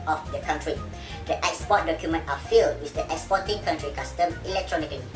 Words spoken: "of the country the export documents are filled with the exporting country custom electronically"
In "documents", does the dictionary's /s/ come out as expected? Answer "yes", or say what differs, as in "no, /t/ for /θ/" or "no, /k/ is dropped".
no, /s/ is dropped